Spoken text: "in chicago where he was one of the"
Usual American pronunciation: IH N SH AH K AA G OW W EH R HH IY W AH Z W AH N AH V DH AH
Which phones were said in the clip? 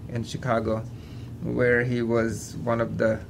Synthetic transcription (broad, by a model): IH N SH AH K AA G OW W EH R HH IY W AH Z W AH N AH V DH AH